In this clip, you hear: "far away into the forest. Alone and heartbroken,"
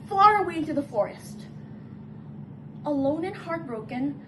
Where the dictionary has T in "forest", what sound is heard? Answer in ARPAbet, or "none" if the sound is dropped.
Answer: T